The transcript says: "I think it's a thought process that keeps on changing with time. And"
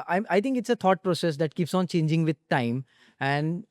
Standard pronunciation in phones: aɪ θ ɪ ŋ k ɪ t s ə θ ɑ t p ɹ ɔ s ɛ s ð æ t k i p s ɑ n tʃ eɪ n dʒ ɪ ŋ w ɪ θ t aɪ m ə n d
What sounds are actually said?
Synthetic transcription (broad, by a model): aɪ t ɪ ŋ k ɪ t s ə t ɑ t p ɹ ɔ s ɛ s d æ t k i p s ɑ n tʃ eɪ n dʒ ɪ ŋ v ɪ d t aɪ m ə n d